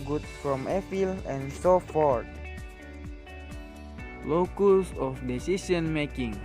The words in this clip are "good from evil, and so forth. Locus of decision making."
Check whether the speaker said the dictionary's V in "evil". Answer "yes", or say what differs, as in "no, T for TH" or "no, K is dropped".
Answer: no, F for V